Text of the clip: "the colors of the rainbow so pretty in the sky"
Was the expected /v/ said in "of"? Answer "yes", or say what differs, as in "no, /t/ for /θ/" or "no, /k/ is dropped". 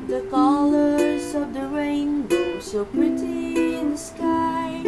yes